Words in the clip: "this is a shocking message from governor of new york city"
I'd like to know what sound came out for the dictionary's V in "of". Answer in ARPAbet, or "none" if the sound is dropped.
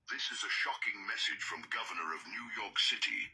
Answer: V